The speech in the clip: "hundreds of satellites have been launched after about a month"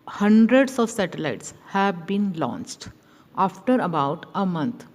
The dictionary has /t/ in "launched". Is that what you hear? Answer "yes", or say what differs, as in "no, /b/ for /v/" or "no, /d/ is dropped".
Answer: yes